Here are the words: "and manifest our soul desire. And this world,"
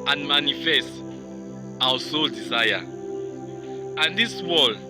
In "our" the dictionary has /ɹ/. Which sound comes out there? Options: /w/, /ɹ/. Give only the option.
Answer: /w/